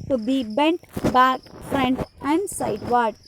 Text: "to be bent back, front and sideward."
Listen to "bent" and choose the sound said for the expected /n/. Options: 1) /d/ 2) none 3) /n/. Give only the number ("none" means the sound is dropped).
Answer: 3